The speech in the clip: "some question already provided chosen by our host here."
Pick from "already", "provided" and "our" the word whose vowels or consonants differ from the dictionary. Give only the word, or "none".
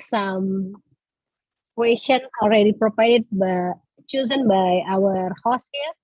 provided